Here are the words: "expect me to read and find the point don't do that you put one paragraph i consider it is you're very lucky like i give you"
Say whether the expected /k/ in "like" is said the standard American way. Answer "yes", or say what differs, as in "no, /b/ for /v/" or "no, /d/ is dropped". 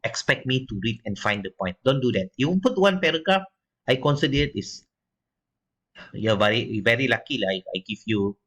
no, /k/ is dropped